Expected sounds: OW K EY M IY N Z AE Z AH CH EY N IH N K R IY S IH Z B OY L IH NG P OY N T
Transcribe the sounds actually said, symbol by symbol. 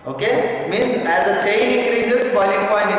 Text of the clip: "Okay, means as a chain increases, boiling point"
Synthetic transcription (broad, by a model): OW K EY M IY N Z AE Z AH CH EY N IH K R IY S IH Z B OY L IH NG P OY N